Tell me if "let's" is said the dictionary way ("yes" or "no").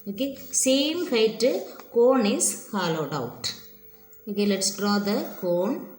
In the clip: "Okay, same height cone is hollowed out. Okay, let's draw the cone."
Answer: yes